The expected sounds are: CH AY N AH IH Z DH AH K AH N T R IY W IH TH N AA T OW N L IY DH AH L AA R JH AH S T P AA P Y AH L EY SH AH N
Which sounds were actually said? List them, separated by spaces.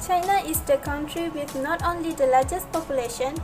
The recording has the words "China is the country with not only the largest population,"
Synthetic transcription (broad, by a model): CH AY N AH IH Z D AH K AH N T R IY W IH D N AA T OW N L IY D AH L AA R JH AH S T P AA P Y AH L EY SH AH N